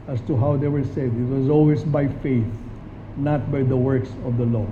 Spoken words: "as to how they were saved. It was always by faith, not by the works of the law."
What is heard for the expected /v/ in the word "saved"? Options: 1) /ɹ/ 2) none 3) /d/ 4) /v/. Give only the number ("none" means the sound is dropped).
2